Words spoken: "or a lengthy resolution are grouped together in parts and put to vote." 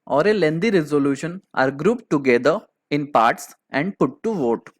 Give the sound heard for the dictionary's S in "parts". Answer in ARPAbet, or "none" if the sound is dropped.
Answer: S